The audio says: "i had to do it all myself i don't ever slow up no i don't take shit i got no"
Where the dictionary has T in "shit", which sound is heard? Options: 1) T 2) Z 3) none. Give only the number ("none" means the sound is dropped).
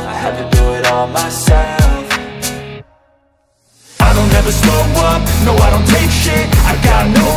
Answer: 3